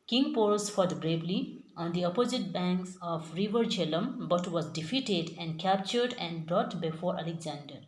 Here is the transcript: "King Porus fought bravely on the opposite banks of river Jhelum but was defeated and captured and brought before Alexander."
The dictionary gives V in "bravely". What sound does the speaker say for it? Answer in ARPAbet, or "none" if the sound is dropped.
B